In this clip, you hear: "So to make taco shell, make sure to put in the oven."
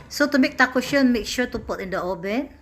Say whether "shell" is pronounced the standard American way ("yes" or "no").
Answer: no